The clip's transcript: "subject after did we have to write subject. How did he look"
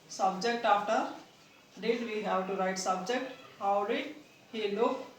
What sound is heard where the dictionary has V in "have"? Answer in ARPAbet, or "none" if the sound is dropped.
W